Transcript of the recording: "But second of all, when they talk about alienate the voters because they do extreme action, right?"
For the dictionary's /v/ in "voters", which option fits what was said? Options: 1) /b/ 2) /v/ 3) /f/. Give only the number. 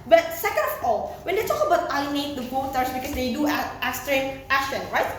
1